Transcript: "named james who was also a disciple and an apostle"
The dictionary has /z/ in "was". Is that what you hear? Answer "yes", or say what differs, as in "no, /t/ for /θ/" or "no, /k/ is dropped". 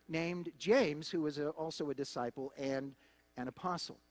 yes